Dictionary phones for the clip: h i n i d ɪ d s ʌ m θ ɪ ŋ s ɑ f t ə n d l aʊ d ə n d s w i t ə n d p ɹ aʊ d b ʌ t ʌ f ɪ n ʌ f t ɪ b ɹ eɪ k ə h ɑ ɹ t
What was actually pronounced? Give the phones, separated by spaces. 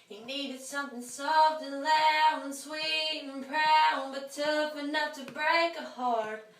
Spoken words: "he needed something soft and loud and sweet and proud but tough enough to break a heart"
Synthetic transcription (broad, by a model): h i n i d ɪ d s ʌ m θ ɪ ŋ s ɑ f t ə n l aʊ ə n s w i t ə n p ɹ aʊ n b ʌ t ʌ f ɪ n ʌ f t ɪ b ɹ eɪ k ə h ɑ ɹ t